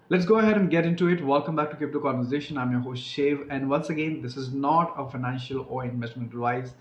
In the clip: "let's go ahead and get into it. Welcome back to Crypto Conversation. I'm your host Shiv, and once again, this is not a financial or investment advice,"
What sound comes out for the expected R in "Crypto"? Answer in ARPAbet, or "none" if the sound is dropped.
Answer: none